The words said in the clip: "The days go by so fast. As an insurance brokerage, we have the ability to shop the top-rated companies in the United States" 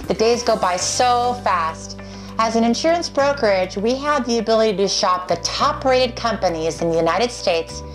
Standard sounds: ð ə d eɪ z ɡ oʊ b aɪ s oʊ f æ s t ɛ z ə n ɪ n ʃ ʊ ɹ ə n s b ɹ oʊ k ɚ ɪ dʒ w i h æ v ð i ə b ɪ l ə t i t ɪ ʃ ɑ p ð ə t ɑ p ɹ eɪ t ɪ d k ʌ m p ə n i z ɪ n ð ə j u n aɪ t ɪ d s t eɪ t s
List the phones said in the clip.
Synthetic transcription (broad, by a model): ð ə d eɪ z ɡ oʊ b aɪ s oʊ f æ s t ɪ z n ɪ n ʃ ʊ ɹ ə n s b ɹ oʊ k ɚ ɪ dʒ w i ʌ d ð i ə b ɪ l ə t i t ɪ ʃ ɑ p ð ə t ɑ p ɹ eɪ t ɪ d k ʌ m p ə n i z ɪ n ð ə j u n aɪ t ɪ d s t eɪ t s